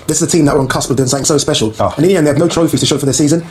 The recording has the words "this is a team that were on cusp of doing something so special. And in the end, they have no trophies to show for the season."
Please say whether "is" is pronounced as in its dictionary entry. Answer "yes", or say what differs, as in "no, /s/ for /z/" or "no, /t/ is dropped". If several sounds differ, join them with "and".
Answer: yes